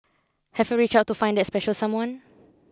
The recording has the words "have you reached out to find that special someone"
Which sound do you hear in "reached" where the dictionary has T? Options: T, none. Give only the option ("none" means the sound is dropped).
none